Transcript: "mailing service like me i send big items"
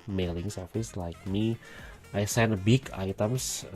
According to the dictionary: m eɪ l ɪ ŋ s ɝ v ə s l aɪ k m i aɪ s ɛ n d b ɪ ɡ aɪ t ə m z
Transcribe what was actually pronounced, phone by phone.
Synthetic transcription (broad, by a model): m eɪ l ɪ ŋ s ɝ f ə s l aɪ k m i aɪ s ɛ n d b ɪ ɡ aɪ t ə m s